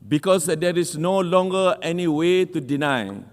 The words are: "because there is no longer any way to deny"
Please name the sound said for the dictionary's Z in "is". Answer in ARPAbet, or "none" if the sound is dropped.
S